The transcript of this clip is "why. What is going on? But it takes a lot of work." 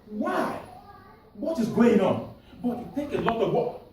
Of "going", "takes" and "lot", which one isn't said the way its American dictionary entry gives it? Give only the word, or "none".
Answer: takes